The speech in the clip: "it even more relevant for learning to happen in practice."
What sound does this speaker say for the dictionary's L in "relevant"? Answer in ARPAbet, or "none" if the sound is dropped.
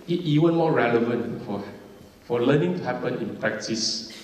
L